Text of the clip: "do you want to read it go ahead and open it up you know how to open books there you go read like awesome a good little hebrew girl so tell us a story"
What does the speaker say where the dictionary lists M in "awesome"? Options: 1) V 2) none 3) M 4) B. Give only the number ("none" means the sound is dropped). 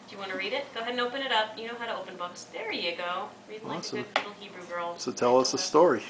2